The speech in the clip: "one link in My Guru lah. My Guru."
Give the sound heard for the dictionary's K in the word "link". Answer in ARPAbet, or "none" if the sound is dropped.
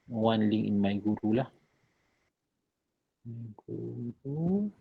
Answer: none